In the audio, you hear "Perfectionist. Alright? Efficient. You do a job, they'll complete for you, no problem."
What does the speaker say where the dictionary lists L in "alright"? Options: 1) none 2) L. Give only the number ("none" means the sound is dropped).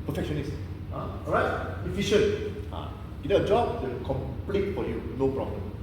1